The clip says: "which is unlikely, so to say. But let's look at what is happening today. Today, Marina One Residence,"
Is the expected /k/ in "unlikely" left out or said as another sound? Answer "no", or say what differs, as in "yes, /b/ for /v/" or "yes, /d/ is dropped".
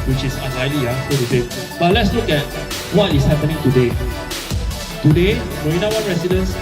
yes, /k/ is dropped